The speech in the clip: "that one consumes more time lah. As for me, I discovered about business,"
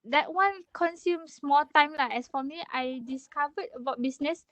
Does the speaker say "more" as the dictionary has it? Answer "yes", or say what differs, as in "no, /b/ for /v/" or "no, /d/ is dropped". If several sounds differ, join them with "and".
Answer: no, /l/ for /ɹ/